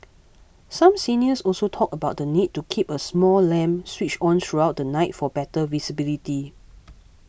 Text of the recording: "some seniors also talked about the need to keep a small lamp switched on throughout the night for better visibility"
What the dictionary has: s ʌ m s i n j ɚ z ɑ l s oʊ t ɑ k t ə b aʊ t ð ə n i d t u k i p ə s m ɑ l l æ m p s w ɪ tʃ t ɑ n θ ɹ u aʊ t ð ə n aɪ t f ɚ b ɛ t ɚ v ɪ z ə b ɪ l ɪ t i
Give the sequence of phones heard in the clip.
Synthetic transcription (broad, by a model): s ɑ m s i n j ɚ s ɑ l s oʊ t ɑ k ə b aʊ t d ə n i d t u k i p ə s m ɑ l l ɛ m s w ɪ tʃ ɑ n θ ɹ u aʊ t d ə n aɪ t f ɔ b ɛ t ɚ v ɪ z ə b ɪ l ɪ t i